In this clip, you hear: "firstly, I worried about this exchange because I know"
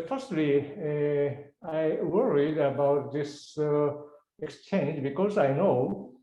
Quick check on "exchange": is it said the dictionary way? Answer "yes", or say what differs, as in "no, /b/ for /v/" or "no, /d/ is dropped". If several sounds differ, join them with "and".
yes